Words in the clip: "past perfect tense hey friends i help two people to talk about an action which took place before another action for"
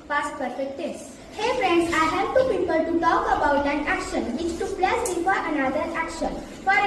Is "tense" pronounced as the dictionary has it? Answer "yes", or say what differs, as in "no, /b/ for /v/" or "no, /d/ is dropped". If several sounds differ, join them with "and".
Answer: no, /n/ is dropped